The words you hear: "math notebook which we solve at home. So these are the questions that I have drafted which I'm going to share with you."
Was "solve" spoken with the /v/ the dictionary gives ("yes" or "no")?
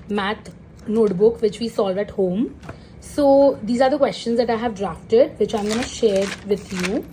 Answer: yes